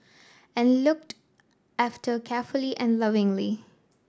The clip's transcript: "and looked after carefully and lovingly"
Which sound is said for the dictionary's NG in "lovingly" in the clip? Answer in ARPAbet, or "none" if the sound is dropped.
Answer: NG